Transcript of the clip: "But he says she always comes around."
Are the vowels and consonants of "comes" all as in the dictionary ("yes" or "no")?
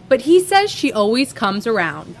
yes